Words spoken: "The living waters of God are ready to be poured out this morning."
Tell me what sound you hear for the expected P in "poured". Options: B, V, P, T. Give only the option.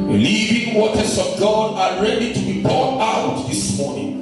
B